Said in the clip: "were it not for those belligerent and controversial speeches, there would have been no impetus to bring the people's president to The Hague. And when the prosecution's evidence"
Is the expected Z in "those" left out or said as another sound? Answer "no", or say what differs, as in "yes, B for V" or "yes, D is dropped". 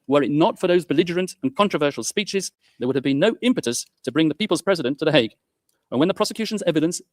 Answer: no